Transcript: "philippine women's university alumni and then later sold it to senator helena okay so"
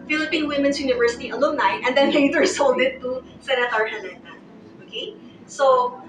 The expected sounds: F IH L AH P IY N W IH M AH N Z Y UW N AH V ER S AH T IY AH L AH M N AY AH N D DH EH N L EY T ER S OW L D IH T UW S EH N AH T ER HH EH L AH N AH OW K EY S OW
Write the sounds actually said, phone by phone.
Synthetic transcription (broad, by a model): F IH L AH P IY N W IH M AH N S Y UW N AH V ER S AH T IY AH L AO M N AY AH N D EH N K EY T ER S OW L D IH T UW S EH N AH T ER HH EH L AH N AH OW K EY S OW